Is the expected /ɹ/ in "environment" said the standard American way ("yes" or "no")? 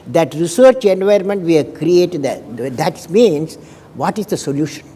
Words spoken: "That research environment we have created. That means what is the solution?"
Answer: no